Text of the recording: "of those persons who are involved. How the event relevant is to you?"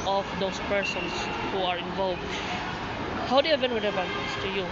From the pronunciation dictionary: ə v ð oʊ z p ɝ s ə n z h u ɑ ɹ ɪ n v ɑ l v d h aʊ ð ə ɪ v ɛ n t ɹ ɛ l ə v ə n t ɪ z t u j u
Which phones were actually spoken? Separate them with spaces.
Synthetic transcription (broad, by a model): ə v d oʊ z p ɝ s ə n s h u ɑ ɹ ɪ n v ɑ l v d h aʊ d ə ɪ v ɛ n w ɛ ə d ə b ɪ s t u j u